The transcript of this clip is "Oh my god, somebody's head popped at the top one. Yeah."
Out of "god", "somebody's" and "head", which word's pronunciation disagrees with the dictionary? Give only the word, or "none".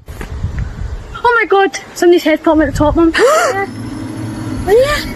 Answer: somebody's